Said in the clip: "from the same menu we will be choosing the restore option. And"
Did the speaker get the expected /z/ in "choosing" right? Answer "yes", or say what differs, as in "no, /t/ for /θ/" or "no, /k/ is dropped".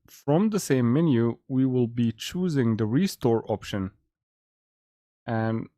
yes